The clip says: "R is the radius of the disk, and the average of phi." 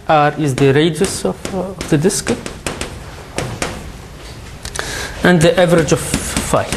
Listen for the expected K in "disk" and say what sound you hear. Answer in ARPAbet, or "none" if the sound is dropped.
K